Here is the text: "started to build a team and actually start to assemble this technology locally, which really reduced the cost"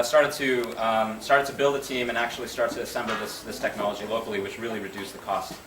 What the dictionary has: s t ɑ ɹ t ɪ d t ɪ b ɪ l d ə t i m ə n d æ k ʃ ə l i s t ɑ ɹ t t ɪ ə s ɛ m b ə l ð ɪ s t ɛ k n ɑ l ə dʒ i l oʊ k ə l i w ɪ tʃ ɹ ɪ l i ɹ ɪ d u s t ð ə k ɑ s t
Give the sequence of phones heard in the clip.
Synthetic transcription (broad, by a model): s t ɑ ɹ t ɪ d t ɪ b ɪ l d ə t i m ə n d æ k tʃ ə l i s t ɑ ɹ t t ɪ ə s ɛ m b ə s ð ɪ s t ɛ k n ɑ l ə dʒ i l oʊ k l i w ɪ tʃ ɹ ɪ l i ɹ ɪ d u s ð ə k ɑ s t